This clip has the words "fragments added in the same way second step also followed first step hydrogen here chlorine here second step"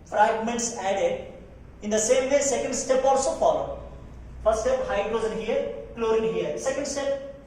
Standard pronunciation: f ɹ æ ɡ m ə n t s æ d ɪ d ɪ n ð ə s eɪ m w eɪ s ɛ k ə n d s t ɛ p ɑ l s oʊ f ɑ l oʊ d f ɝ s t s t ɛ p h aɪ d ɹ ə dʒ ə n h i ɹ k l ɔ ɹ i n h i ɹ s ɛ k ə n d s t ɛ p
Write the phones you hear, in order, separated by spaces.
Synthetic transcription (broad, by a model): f ɹ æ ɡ m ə n t s æ d ɪ d ɪ n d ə s eɪ m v eɪ s ɛ k ə n d s t ɛ p ɑ l s oʊ f ɑ l oʊ d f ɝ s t s t ɛ p h aɪ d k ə z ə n h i ɹ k l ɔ ɹ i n h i ɹ s ɛ k ə n d s t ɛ p